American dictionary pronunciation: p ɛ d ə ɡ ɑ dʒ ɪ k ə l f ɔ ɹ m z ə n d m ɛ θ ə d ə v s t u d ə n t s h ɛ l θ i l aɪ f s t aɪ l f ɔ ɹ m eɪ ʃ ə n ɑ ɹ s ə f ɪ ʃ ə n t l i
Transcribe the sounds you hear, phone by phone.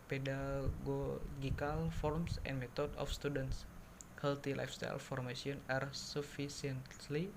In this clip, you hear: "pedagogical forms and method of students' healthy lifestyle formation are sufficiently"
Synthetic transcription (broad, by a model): p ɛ d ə ɡ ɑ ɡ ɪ k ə l f ɔ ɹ m s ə n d m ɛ t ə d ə f s t u d ə n t s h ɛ l t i l aɪ f s t aɪ l f ɔ ɹ m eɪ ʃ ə n ɑ ɹ s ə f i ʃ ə n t l i